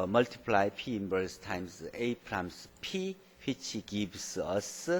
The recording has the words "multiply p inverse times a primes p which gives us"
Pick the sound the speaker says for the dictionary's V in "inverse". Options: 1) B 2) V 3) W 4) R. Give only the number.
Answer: 1